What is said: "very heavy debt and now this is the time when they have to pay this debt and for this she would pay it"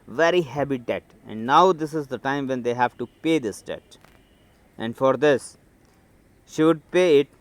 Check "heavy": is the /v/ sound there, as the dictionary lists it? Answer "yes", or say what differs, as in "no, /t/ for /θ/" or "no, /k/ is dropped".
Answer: no, /b/ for /v/